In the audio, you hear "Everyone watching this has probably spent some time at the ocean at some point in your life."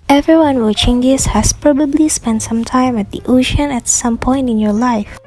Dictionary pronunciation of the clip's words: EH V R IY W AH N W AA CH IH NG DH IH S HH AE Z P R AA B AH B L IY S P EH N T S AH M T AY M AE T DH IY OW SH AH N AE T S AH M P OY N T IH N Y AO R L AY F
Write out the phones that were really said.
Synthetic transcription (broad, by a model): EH V R IY W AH N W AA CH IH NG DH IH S HH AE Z P R AA B AH B L IY S P EH N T S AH M T AY M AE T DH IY OW SH AH N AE T S AH M P OY N T IH N Y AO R L AY F